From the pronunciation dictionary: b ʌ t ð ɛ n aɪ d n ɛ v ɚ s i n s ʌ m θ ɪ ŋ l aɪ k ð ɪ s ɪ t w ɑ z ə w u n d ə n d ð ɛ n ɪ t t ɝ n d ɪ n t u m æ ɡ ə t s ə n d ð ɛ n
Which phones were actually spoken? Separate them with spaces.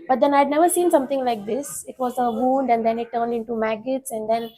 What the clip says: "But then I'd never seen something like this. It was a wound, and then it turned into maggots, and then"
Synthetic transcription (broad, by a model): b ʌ t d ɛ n aɪ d n ɛ v ɚ s i n s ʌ m t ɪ ŋ l aɪ k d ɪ s ɪ t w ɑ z ə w u n d ə n d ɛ n ɪ t t ɝ n d ɪ n t u m æ ɡ ə t s ə n d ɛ n